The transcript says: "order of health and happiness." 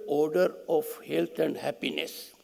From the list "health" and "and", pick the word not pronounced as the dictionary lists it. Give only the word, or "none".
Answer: health